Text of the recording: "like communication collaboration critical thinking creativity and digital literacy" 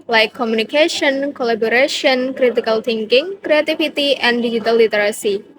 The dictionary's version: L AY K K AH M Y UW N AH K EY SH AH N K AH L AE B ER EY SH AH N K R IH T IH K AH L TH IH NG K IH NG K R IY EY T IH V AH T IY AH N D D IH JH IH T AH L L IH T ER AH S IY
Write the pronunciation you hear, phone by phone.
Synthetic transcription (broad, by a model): L AY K K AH M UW N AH K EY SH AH N K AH L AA B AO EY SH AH N K R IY T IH K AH L T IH NG K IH NG K R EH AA T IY F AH T IY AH N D D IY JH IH T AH L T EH T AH S IY